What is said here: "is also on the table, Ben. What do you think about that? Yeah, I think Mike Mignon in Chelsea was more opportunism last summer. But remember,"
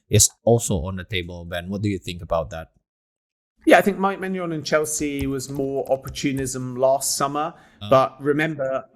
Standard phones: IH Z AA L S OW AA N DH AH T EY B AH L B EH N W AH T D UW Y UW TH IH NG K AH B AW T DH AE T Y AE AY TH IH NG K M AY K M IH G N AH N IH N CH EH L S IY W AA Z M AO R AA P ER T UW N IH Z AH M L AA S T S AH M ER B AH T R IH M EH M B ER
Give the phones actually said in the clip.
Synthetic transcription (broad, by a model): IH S AA L S OW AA N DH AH T EY B AH L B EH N W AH T D UW Y UW TH IH NG K AH B AW T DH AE T Y AE AY TH IH NG K M AY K M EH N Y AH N IH N CH EH L S IY W AA Z M AO R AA P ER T UW N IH Z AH M L AA S T S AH M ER B AH T R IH M EH M B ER